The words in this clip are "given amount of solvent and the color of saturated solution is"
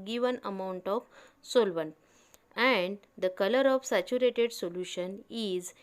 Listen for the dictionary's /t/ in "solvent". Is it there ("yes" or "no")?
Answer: no